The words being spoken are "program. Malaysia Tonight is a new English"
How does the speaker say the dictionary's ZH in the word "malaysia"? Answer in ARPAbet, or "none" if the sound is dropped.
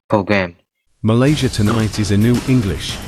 ZH